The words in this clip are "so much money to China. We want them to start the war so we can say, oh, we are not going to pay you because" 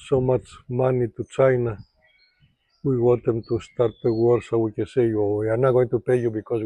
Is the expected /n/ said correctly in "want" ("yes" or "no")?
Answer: no